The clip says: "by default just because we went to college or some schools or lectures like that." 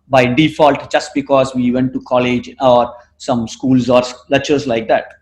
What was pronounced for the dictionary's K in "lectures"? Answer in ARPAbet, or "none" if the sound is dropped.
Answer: none